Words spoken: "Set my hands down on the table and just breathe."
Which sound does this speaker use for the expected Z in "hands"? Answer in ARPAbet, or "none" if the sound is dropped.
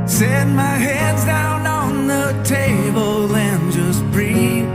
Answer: Z